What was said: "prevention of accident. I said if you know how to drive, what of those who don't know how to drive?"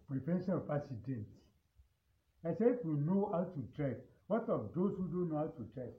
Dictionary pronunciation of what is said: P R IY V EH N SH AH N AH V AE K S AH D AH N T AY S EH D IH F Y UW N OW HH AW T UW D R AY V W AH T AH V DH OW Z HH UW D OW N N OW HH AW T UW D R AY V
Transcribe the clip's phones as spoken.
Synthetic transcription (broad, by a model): P R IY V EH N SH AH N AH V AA S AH D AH N T AY S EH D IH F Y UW N OW HH AW T UW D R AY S W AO T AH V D OW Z HH UW D OW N N OW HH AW T UW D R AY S